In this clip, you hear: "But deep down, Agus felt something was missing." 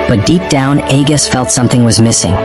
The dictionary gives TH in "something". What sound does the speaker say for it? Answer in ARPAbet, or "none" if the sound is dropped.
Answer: TH